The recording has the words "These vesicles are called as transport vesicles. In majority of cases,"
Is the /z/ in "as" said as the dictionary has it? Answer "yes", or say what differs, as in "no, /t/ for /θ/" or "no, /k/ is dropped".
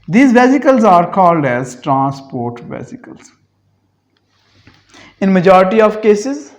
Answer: yes